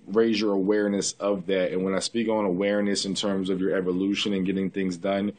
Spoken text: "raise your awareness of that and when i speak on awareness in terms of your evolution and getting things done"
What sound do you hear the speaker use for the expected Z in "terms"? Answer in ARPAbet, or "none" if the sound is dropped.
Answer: Z